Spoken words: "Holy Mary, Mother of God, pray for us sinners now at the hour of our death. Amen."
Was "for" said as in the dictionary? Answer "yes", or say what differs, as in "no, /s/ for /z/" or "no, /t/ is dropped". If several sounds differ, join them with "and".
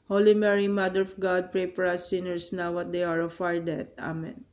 no, /p/ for /f/